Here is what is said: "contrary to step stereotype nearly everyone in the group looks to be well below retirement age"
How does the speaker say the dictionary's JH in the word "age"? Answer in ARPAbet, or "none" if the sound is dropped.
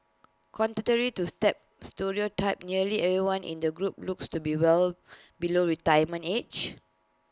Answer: CH